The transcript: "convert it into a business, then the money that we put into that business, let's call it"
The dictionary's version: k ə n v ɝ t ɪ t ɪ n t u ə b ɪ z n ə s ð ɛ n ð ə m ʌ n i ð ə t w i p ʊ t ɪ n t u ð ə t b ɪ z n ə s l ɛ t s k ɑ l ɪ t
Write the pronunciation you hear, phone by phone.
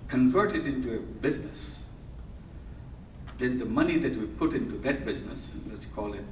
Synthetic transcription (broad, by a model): k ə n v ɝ t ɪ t ɪ n t u ə b ɪ z n ə s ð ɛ n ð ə m ʌ n i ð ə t w i p ʊ t ɪ n t u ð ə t b ɪ z n ə s l ɛ t s k ɑ l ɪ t